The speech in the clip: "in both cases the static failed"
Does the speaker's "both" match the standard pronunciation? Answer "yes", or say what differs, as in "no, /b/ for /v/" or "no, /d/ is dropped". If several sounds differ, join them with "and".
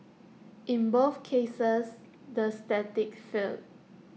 no, /f/ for /θ/